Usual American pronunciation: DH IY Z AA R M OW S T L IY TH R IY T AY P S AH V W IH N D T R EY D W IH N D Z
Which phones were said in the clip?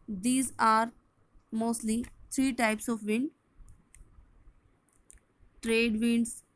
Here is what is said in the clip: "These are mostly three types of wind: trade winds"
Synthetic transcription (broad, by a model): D IY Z AA R M OW S T L IY T R IY T AY P S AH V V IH N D T R EY D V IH N D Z